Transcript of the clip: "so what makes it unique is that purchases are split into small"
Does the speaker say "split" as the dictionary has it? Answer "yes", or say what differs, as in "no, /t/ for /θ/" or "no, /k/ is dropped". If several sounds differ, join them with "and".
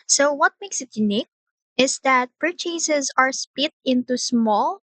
no, /l/ is dropped